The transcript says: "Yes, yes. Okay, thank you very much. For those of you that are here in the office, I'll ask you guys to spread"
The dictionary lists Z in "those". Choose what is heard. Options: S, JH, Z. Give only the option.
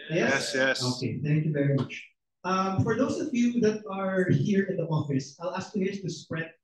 S